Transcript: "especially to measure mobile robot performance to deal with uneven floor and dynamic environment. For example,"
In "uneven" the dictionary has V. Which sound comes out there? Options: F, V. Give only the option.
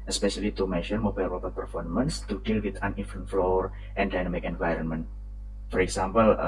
F